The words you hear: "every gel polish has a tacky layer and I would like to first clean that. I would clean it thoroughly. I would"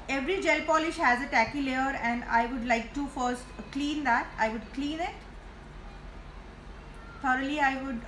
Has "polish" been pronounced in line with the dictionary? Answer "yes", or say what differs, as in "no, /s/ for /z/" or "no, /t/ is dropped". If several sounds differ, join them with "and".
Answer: yes